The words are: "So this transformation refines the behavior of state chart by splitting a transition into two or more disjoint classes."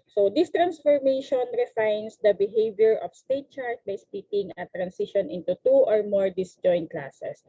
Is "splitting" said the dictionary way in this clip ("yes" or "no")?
no